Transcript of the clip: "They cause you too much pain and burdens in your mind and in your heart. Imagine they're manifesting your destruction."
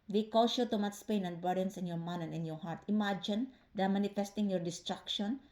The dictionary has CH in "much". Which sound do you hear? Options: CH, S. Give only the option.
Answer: S